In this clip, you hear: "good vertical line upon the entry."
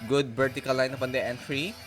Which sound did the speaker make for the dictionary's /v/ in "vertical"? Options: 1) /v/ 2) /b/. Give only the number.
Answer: 2